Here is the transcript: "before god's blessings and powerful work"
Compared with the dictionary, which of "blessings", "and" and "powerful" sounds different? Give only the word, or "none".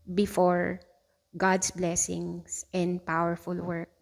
blessings